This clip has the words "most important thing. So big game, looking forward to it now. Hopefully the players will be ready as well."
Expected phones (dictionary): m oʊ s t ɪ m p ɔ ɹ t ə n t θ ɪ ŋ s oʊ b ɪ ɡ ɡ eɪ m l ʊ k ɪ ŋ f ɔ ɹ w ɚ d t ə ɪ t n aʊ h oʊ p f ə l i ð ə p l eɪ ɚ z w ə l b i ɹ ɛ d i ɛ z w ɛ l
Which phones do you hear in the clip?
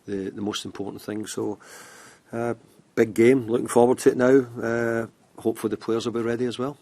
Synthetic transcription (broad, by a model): m oʊ s t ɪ m p ɔ ɹ t n θ ɪ ŋ s oʊ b ɪ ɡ ɡ eɪ m l ʊ k ɪ ŋ f ɔ ɹ w ɚ d t ə ɪ t n aʊ h oʊ p f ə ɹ ð ə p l eɪ ɚ z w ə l b i ɹ ɛ d i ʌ z w ɛ l